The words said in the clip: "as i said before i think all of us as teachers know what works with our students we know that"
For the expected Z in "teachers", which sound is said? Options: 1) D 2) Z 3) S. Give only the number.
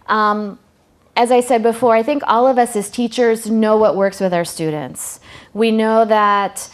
2